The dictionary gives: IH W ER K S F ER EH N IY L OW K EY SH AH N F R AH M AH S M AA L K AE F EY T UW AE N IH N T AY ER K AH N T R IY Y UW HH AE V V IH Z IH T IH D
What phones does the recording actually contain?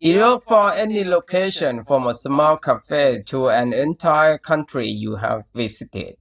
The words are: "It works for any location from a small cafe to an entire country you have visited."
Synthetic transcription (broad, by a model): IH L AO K F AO EH N IY L OW K EY SH AH N F R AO M AH S M AA L K AE F EY T UW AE N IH N T AY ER K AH N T R IY Y UW HH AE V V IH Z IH T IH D